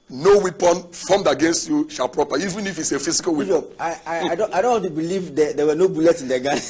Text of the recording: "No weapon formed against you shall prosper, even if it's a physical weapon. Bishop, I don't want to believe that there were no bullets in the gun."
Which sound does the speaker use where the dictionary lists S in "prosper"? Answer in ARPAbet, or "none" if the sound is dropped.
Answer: none